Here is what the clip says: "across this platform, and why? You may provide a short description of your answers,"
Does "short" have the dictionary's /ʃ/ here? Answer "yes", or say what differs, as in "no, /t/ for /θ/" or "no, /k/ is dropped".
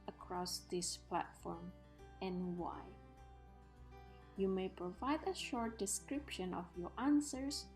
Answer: yes